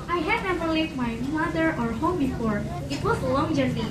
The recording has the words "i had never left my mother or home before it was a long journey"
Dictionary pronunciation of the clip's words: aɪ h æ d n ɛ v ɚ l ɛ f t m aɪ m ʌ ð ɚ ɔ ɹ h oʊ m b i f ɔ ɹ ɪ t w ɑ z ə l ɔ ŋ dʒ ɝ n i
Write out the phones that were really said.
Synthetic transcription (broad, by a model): aɪ h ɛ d n ɛ v ɚ l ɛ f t m aɪ m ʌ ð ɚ ɔ ɹ h oʊ m b i f ɔ ɹ ɪ t w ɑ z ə l ɔ ŋ dʒ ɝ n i